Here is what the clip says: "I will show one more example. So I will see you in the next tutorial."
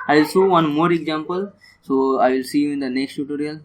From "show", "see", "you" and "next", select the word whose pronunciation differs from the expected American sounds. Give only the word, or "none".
show